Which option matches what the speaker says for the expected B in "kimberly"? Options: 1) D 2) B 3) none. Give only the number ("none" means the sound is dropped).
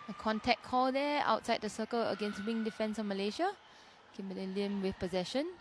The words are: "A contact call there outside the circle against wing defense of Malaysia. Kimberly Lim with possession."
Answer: 3